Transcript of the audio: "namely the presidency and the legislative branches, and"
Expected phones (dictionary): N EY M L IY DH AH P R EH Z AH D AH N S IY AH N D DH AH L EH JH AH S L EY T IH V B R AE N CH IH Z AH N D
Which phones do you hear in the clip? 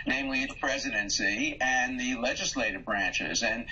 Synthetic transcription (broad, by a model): N EY M L IY DH AH P R EH Z AH D AH N S IY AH N DH AH L EH JH AH S L EY T IH V B R AE N CH IH Z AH N